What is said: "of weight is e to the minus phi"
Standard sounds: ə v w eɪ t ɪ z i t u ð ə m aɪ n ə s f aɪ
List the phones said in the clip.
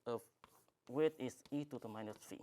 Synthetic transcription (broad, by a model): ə w eɪ t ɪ s i t u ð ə m aɪ n ə s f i